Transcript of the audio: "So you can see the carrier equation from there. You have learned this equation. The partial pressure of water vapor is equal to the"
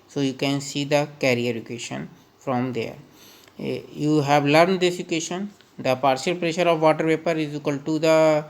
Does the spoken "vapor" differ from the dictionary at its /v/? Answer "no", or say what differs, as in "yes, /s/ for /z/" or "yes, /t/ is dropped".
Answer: yes, /p/ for /v/